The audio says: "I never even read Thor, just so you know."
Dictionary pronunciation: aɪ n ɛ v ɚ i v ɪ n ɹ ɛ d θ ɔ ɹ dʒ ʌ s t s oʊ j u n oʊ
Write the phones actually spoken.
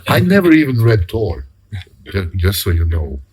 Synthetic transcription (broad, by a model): aɪ n ɛ v ɚ i v ɪ n ɹ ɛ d t ɔ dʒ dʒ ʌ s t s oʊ j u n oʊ